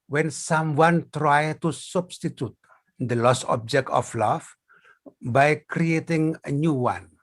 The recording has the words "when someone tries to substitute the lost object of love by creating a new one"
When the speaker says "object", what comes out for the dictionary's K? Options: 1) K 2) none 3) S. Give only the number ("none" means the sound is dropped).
1